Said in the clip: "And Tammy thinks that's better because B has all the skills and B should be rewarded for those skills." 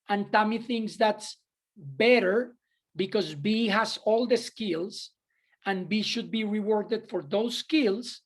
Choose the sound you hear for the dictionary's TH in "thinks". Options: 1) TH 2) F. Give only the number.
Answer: 1